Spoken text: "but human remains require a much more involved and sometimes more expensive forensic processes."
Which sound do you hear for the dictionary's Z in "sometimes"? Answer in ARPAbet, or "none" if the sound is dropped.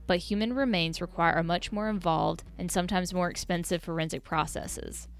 Z